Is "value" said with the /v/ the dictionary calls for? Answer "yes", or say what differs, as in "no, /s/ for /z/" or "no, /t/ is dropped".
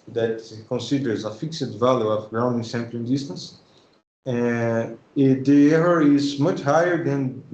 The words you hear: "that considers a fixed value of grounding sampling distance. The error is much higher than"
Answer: yes